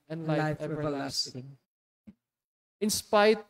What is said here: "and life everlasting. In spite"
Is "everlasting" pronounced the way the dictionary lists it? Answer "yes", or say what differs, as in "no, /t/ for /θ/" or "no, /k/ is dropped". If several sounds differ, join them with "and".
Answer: no, /v/ is dropped